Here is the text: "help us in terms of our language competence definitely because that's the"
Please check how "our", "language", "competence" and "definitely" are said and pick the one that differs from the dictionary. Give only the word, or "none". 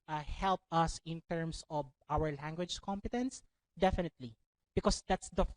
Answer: none